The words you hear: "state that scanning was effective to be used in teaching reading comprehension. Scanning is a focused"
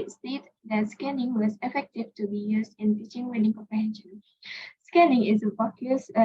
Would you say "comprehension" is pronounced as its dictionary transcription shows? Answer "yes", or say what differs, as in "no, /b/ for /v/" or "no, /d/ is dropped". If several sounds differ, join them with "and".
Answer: yes